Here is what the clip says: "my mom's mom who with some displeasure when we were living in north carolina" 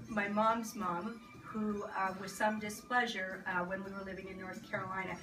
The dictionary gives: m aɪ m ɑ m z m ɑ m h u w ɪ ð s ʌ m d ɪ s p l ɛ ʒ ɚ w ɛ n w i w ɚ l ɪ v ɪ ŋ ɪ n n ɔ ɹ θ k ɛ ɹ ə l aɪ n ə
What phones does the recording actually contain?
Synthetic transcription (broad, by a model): m aɪ m ɑ m z m ɑ m h u w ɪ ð s ʌ m d ɪ s p l ɛ ʒ ɚ w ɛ n w i w ɚ l ɪ v ɪ ŋ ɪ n n ɔ ɹ θ k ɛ ɹ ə l aɪ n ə